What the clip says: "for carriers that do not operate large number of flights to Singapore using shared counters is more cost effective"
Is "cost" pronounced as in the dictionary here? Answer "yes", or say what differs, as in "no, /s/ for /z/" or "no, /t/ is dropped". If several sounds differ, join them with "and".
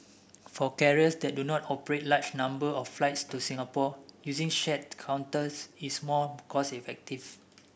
no, /t/ is dropped